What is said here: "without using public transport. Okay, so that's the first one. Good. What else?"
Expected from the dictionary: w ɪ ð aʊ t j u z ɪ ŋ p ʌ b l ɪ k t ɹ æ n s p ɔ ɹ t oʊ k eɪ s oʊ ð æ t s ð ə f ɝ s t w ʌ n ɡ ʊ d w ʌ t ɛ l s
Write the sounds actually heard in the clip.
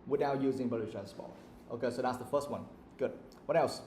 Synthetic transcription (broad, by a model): w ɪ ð aʊ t j u z ɪ ŋ b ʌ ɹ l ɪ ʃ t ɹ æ n s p ɔ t t oʊ k eɪ s oʊ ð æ t s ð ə f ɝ s t w ʌ n ɡ ʊ d w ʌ t ɛ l s